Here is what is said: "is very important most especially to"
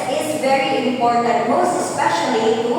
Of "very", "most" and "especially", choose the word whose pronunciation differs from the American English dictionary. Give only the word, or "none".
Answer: especially